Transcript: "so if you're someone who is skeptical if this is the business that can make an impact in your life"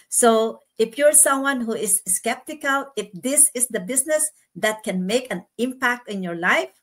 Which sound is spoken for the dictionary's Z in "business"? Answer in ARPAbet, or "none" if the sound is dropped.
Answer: S